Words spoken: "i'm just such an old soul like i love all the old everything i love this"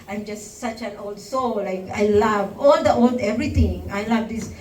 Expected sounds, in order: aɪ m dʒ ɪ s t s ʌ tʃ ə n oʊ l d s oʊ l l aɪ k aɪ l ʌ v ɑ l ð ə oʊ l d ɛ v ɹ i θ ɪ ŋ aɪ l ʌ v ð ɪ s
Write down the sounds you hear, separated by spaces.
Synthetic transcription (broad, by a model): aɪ m dʒ ɪ s t s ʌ tʃ ə n oʊ l d s oʊ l l aɪ k aɪ l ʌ v ɑ l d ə oʊ l d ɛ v ɹ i t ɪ ŋ aɪ l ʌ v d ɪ s